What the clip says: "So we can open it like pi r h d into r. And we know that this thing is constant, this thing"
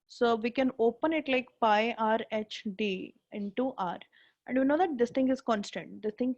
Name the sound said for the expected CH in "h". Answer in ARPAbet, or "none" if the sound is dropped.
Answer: CH